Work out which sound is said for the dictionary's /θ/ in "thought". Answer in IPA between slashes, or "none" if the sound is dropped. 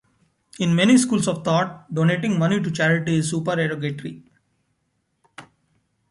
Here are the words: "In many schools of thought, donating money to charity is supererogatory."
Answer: /t/